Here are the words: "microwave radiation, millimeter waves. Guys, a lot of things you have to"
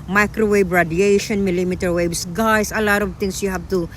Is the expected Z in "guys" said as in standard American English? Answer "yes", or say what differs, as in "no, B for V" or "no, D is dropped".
no, S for Z